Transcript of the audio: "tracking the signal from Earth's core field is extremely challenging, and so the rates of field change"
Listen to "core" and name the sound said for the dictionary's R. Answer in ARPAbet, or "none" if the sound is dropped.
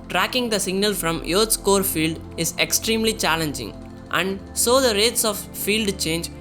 R